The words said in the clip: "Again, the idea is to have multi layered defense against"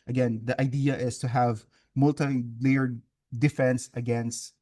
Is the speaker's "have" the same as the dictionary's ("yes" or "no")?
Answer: yes